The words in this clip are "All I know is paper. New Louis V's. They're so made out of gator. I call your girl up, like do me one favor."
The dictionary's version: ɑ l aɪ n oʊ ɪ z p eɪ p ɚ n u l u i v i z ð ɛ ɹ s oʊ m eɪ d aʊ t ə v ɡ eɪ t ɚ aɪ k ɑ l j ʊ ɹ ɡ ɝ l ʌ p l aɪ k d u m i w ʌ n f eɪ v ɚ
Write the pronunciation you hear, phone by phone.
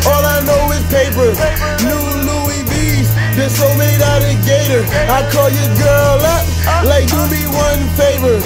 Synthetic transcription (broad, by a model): ɑ l aɪ n oʊ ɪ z p eɪ p ɚ n u l u i b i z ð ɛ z s oʊ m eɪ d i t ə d ɡ eɪ t ɚ aɪ k ɑ l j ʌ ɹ ɡ ɝ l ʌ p l aɪ k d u m i w ʌ n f eɪ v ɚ